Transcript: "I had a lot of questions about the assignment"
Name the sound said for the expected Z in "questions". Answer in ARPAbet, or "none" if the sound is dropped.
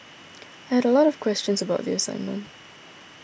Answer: Z